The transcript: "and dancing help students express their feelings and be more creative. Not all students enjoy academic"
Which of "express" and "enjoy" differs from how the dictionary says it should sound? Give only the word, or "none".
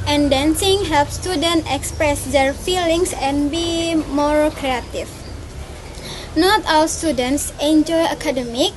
none